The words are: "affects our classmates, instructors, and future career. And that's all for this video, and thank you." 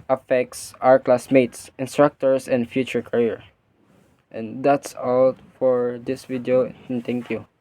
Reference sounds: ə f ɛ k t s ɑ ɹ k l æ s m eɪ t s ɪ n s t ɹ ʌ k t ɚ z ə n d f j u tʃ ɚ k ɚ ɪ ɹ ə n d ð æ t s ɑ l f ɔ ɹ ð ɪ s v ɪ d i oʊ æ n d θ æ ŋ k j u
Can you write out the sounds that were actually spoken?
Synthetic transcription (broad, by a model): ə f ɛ k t s ɑ ɹ k l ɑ s m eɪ t s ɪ n s t ɹ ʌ k t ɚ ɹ ə n d f j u tʃ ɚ k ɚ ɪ ɹ ə n d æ t s ɑ l f ɔ ɹ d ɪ s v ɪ d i oʊ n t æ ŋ k j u